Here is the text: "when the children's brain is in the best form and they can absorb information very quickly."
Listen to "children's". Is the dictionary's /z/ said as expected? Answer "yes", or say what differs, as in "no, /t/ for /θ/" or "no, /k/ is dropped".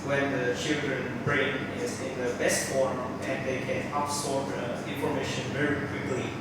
no, /z/ is dropped